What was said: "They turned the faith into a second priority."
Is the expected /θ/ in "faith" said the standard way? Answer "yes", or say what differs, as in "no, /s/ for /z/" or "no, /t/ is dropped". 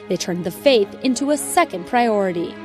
yes